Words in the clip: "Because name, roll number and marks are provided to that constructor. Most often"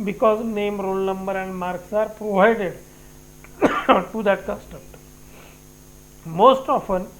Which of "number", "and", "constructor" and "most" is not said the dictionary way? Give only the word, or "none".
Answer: constructor